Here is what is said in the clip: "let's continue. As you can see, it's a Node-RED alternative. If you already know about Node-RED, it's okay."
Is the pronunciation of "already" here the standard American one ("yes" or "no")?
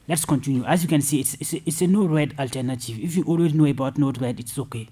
no